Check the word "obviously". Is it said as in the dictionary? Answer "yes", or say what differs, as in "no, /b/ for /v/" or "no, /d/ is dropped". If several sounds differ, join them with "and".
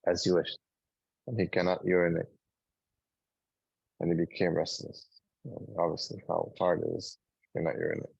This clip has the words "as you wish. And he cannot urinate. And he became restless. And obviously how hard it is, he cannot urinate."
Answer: yes